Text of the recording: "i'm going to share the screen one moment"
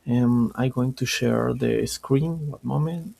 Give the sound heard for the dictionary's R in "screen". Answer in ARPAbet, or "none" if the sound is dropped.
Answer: R